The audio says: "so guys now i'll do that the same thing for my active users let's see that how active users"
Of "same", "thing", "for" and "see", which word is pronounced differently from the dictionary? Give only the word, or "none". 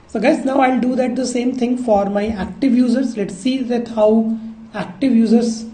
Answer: thing